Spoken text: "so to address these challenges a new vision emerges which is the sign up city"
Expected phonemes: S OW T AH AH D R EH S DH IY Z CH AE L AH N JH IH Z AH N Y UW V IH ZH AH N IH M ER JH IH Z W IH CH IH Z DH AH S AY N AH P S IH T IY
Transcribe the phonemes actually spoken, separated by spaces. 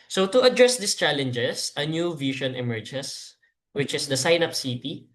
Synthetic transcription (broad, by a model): S OW T AH AH D R EH S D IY S CH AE L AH N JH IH S AH N Y UW V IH SH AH N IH M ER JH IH S W IH CH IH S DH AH S AY N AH P S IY T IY